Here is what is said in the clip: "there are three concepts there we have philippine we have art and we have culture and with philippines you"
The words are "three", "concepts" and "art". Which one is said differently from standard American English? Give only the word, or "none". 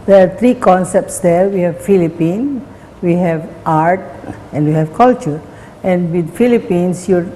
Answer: three